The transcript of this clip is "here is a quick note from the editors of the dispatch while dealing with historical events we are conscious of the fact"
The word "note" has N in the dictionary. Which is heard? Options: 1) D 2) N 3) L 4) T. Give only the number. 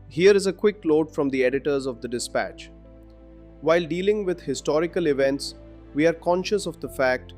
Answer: 3